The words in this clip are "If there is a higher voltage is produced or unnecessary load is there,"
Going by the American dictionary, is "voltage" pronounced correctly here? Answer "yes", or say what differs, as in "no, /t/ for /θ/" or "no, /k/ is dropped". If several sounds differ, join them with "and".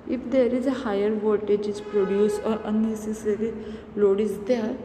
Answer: no, /l/ is dropped